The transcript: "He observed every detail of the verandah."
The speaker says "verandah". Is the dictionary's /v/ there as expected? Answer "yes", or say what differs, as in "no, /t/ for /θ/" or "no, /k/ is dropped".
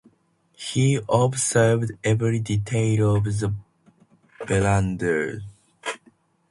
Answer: no, /b/ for /v/